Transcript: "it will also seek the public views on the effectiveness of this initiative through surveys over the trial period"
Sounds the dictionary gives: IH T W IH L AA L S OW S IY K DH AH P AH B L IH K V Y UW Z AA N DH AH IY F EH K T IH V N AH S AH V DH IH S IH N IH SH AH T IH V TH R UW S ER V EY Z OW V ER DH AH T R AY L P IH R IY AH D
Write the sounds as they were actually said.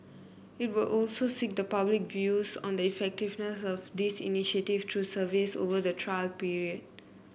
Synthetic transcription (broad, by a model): IH T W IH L AA L S OW S IY K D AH P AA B L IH K V Y UW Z AA N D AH IY F EH K T IH V N AH S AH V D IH S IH N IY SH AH T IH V T R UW S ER V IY S OW V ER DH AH T R AY L P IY R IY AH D